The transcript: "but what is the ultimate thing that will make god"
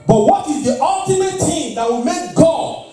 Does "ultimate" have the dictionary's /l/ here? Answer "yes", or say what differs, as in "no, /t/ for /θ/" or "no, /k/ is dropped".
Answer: yes